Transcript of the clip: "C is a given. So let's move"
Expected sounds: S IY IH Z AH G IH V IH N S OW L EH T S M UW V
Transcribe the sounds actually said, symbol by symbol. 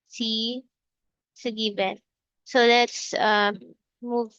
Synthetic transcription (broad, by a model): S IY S AH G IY B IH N S OW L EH T S M UW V